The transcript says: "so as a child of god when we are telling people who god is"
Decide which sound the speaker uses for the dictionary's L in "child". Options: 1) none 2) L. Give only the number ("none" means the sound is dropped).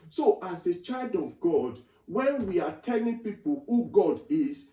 2